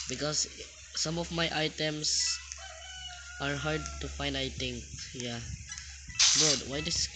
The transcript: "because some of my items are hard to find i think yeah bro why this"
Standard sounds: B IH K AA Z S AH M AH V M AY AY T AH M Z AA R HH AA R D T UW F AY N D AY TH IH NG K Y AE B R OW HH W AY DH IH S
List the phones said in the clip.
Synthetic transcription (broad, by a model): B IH K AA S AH M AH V M AY AY T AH M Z AA R HH AA R D T UW F AY N D AY T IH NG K Y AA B OW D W AY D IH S